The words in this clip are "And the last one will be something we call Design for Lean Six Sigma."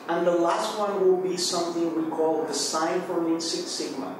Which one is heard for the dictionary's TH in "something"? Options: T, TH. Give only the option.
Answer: TH